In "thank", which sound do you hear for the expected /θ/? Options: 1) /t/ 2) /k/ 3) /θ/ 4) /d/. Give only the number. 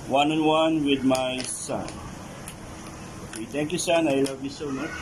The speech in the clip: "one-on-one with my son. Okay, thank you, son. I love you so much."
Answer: 1